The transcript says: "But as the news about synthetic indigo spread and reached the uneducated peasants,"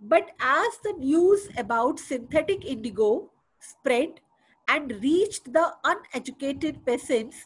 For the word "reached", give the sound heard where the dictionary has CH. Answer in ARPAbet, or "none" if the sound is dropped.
CH